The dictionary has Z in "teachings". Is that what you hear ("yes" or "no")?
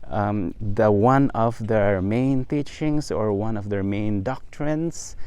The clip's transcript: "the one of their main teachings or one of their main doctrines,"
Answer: no